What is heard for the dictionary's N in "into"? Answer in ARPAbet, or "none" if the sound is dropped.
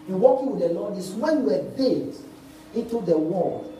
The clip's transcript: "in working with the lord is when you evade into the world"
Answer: N